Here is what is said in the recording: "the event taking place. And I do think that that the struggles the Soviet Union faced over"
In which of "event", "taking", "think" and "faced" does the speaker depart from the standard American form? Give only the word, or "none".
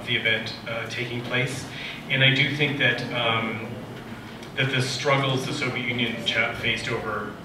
none